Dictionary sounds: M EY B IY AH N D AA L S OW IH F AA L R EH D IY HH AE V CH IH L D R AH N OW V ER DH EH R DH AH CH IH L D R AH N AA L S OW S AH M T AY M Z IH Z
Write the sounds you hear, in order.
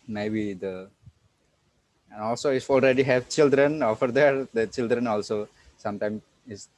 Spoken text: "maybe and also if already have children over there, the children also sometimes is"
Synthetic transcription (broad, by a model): M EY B IY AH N AA L S OW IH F AA L R EH D IY HH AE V CH IH L D R AH N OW F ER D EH R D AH CH IH L D R AH N AA L S OW S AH M T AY M IH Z